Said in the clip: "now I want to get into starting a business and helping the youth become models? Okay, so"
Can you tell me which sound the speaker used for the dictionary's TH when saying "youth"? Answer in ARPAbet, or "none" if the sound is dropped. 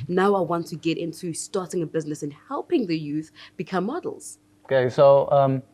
TH